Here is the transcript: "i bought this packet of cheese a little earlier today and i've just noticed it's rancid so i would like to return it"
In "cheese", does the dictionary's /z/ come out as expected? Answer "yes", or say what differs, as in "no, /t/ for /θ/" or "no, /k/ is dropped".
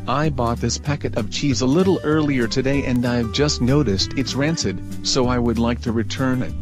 yes